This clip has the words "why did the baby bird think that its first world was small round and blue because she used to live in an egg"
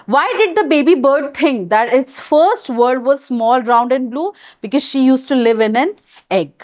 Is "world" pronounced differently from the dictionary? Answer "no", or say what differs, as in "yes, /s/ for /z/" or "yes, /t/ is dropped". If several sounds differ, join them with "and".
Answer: yes, /l/ is dropped